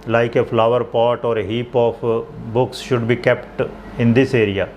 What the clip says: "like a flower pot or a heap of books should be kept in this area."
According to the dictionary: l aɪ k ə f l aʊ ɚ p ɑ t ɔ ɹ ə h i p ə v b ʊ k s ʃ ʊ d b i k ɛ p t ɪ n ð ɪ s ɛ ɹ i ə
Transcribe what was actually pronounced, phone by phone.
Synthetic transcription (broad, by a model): l aɪ k ə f l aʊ ɚ p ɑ t ɔ ɹ ə h i p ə p b ʊ k s ʃ ʊ d b i k ɛ p t ɪ n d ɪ s ɛ ɹ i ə